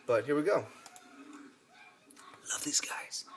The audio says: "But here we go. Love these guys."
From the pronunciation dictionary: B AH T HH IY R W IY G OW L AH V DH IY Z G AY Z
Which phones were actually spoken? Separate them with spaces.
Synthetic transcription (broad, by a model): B AH T HH IY R W IY G OW L AH V DH IY Z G AY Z